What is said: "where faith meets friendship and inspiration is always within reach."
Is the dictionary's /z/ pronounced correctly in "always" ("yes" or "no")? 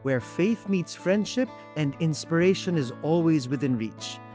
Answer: yes